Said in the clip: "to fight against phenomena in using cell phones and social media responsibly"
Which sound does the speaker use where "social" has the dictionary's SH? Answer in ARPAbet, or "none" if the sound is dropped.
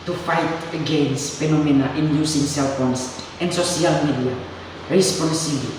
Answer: none